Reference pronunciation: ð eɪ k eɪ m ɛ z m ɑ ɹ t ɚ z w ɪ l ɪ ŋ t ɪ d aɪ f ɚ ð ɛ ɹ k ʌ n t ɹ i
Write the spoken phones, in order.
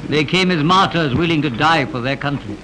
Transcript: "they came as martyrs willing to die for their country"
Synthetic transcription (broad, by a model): ð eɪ k eɪ m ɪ z m ɑ ɹ t ɚ z w ɪ l ɪ ŋ t ɪ d aɪ f ɚ ð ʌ ɹ k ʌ n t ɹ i